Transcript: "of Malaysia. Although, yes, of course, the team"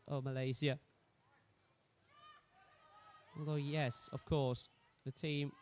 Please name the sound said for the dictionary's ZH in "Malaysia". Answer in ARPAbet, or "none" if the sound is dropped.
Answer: Z